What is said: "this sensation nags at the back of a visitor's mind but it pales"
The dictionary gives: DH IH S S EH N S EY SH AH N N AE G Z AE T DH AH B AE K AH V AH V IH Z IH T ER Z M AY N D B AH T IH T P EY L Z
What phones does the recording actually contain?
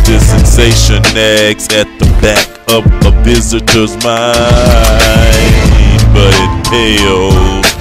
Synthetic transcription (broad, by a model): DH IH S S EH N S EY SH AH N N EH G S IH T DH AH B AE K AH P AH V IH Z IH T ER Z M AY N B AH T IH T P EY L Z